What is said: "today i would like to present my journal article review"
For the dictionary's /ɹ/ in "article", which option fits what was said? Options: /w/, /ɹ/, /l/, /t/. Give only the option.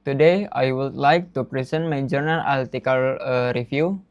/l/